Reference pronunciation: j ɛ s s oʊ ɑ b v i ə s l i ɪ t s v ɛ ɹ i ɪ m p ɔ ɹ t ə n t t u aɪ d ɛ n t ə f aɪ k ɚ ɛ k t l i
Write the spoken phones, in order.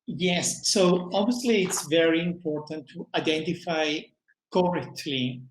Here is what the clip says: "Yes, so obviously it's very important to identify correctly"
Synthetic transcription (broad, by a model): j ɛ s s oʊ ɑ b v i ə s l i ɪ t s v ɛ ɹ i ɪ m p ɔ ɹ t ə n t t u aɪ d ɛ n t ə f aɪ k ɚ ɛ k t l i